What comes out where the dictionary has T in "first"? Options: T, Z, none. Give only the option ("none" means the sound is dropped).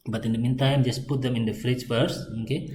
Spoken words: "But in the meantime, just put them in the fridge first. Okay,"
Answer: none